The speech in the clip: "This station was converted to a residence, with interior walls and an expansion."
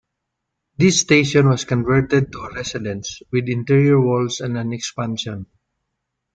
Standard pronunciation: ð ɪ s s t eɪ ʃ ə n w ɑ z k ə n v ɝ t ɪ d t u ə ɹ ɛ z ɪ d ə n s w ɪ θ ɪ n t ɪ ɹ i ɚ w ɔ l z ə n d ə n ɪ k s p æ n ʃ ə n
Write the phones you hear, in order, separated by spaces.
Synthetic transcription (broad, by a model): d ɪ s s t eɪ ʃ ə n w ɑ s k ə n v ɝ t ɪ d t u ə ɹ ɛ s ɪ d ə n s w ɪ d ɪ n t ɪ ɹ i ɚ w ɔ l s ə n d ə n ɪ k s p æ n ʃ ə n